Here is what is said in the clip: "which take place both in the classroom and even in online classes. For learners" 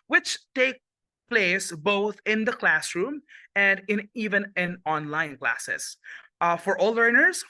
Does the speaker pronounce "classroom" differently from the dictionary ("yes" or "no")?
no